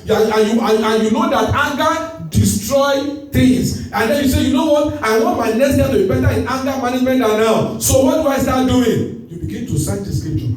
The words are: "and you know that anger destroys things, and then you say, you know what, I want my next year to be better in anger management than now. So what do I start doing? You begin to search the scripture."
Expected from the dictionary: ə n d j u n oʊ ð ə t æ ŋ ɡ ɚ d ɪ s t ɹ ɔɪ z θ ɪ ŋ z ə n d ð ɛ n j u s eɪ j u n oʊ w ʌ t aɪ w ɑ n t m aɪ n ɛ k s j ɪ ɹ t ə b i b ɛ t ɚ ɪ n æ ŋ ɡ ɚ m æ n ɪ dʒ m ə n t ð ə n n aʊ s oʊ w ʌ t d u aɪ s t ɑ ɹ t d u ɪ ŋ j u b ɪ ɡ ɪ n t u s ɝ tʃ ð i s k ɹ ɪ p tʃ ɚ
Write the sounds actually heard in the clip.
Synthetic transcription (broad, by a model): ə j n j u n oʊ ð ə t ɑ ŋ ɡ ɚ d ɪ s t ɹ ɔɪ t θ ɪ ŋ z ə n d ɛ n j u s eɪ j u n oʊ w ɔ t aɪ w ɑ n t m aɪ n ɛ s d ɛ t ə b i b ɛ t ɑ ɪ n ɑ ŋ ɡ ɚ m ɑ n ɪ dʒ m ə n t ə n n aʊ s oʊ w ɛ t aɪ s t ɑ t d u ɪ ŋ j u b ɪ ɡ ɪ n t u s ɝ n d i s k ɹ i p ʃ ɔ